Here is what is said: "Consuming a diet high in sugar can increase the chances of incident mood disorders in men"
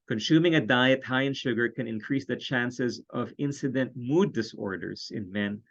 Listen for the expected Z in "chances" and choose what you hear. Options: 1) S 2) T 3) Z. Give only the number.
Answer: 3